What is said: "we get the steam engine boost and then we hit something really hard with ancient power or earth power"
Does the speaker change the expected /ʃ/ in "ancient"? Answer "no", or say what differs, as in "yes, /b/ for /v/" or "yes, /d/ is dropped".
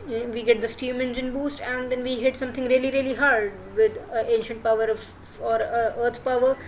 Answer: no